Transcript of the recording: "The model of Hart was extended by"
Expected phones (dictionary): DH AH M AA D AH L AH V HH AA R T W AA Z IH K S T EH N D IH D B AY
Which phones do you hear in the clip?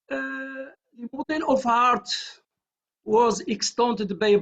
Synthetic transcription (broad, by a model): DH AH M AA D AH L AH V HH AA R T W AA Z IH K S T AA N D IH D B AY